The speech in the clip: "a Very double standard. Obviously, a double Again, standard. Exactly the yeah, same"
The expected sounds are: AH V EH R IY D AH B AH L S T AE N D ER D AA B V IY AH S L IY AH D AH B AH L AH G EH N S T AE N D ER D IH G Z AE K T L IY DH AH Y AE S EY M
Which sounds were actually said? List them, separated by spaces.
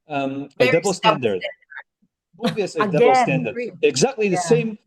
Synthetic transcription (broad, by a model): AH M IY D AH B L S T AE N D ER D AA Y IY S IY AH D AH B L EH S T AE N D ER D IH G Z AE K T L IY DH AH S EY M